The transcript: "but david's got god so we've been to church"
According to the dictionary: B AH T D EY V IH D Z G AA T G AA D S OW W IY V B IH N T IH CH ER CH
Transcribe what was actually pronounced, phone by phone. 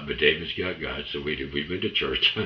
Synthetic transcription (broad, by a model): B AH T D EY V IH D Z G AA T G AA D S OW W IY W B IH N T IH CH ER CH